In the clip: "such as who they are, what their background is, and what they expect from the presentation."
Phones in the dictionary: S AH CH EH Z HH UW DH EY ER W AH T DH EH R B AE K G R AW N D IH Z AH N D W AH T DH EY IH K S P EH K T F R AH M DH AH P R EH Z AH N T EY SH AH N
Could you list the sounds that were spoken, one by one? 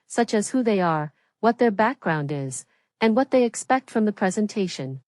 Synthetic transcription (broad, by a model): S AH CH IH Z HH UW DH EY ER W AH T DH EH R B AE K G R AW N D IH Z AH N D W AH T DH EY IH K S P EH K T F R AH M DH AH P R EH Z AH N T EY SH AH N